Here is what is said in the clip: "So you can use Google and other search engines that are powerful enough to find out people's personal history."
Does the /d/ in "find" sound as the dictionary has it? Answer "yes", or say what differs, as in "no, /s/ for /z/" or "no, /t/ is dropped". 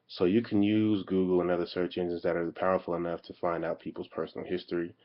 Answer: yes